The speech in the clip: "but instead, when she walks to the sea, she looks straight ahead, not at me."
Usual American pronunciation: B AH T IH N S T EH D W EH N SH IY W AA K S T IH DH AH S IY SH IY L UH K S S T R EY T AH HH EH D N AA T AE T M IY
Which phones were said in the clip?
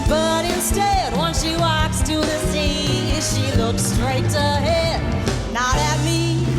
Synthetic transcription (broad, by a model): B AH T IH N S T EH D W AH N S IY W AA K S T IH DH AH S IY SH IY L UH K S S T R EY T AH HH EH D N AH T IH T M IY